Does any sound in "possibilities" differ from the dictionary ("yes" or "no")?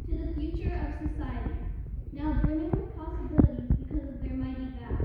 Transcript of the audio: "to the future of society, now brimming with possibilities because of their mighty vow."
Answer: no